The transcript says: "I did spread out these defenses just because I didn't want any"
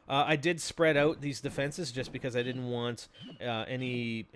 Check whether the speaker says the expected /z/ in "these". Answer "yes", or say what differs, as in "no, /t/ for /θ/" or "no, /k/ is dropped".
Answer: yes